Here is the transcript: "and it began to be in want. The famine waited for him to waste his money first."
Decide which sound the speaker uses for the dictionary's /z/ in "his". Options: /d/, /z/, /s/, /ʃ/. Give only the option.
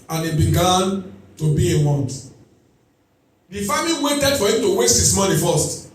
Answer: /s/